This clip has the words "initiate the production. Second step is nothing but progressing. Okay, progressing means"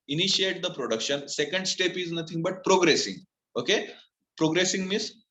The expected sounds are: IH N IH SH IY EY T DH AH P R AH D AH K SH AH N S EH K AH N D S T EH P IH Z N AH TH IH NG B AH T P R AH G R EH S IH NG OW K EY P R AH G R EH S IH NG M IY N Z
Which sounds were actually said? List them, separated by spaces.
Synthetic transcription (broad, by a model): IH N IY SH IY EY T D AH P R AH D AH K SH AH N S EH K AH N D S T EH P IH Z N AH T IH NG B AH T P R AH G R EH S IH NG OW K EY P R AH G R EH S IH NG M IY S